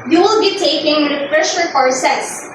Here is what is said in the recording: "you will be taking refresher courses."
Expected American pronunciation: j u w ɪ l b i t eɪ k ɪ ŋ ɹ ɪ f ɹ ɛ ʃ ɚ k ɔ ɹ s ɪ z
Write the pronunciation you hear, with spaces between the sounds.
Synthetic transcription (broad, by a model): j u w ɪ l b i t eɪ k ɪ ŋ w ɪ p ɹ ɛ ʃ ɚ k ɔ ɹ s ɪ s